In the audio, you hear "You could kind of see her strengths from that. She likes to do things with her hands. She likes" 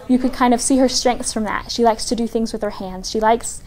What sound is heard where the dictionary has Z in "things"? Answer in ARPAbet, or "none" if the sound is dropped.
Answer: Z